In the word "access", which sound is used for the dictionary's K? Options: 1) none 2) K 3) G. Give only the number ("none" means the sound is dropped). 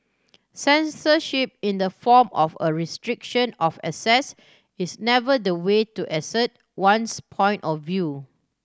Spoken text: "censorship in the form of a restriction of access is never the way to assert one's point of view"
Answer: 1